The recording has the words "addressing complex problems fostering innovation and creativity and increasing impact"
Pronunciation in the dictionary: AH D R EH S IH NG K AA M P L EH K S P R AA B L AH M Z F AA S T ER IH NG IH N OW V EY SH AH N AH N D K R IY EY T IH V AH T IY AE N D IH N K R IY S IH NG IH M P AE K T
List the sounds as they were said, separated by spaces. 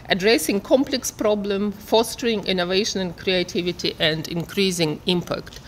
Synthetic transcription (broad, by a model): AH D R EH S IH NG K AA M P L EH K S P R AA B L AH M F AA S T ER IH NG IH N OW V EY SH AH N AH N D K R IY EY T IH V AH T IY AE N D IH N K R IY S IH NG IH M P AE K T